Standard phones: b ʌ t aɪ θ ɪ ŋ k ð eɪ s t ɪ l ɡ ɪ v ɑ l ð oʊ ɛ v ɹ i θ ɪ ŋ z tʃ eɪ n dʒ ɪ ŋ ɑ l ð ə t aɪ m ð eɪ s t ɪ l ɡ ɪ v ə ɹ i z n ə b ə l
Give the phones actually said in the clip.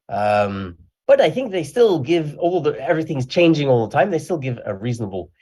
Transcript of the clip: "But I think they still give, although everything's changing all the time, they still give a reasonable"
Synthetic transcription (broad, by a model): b ʌ t aɪ θ ɪ ŋ k ð eɪ s t ɪ l ɡ ɪ v ɑ l ð oʊ ɛ v ɹ i θ ɪ ŋ z tʃ eɪ n dʒ ɪ ŋ ɑ l ð ə t aɪ m ð eɪ s t ɪ l ɡ ɪ v ə ɹ i z n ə b l